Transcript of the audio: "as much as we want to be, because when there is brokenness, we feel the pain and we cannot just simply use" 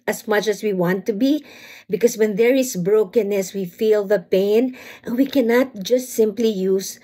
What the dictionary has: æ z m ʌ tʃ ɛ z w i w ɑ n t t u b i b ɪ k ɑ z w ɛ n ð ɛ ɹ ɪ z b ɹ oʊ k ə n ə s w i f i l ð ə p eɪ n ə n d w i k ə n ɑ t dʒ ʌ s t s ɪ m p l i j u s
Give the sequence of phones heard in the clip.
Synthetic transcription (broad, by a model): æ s m ʌ tʃ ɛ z w i w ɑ n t t u b i b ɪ k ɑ s w ɛ n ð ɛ ɹ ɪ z b ɹ oʊ k ə n ə s w i f i l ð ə p eɪ ə n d w i k ə n ɑ t dʒ ʌ s t s ɪ m p l i j u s